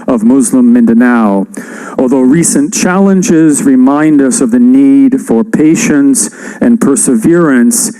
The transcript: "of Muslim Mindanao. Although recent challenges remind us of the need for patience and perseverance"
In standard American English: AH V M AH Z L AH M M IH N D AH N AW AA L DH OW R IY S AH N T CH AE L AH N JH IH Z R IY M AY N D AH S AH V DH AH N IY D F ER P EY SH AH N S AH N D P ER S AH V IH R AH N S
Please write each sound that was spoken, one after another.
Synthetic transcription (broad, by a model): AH V M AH Z L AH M M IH N D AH N AW AA L DH OW R IY S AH N CH AE L AH N JH IH Z R IY M AY N D AH S AH V DH AH N IY D F ER P EY SH AH N S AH N P ER S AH V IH R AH N S